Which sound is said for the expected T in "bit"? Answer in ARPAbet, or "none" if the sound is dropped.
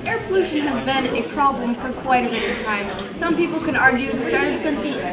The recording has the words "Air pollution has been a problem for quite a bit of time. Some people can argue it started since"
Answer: none